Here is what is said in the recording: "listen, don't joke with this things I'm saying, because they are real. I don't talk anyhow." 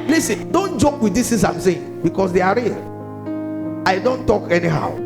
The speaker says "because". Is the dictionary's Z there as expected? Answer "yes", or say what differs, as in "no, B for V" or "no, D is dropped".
no, S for Z